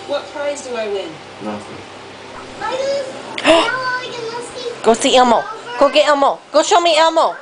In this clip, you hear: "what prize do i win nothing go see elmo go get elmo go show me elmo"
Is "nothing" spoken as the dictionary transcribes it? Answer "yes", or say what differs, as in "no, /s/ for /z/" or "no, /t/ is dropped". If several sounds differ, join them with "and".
no, /f/ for /θ/